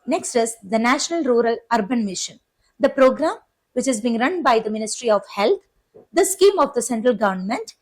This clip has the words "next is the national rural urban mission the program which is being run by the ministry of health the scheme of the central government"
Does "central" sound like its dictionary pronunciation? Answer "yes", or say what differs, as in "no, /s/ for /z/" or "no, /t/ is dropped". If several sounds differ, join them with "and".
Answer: yes